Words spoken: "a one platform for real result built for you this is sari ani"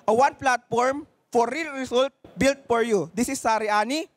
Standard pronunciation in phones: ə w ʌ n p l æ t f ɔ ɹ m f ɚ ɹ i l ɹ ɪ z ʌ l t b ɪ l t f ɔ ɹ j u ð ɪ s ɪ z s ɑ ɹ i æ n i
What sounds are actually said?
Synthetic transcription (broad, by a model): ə w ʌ n p l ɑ t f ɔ ɹ m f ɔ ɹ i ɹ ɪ s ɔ l t b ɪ l t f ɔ ɹ j u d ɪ s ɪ s ɑ ɹ i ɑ n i